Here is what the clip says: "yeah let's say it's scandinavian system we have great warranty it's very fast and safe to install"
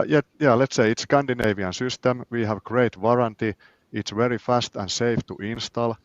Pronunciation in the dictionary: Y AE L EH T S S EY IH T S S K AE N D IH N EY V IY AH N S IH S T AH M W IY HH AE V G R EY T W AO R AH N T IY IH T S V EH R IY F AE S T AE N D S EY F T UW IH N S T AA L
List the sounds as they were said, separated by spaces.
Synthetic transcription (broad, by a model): Y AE L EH T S S EY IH T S S K AE N D IH N EY V IY AH N S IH S T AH M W IY HH AE V G R EY T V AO R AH N T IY IH T S V EH R IY F AE S T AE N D S EY F T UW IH N S T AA L